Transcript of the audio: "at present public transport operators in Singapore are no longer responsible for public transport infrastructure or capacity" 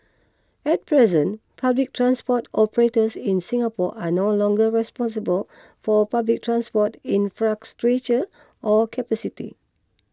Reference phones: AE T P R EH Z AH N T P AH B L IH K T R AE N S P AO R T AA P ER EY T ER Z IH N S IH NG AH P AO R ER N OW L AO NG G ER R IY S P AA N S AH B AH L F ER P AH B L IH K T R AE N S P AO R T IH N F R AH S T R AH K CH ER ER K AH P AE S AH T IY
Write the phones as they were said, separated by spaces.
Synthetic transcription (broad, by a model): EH T P R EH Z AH N P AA B L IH K T R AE N S P AO T AA P ER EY T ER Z IH N S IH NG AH P AO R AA N OW L AO NG G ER R IY S P AA N S AH B AH L F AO P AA B L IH K T R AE N S P AO T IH N F R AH S T R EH CH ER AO K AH P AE S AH T IY